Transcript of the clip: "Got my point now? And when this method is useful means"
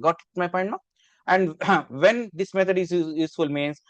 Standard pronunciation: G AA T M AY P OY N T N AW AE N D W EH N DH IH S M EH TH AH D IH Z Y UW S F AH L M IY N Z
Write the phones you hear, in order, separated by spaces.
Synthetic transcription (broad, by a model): G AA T M AY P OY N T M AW AE N D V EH N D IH S M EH T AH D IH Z Y UW S F AH L M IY N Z